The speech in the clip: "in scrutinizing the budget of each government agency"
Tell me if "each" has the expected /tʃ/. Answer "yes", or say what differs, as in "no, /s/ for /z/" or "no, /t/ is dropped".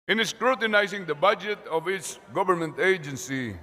no, /s/ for /tʃ/